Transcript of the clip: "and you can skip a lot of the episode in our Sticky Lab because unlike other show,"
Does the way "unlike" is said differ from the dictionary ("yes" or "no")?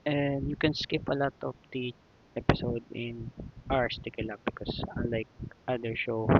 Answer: yes